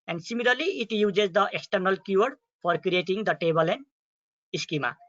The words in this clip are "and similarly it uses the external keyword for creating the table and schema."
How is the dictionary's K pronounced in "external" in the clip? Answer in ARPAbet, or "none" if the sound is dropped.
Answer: K